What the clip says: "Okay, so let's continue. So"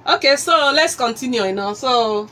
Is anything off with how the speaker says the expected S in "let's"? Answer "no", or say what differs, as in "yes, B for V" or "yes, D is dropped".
no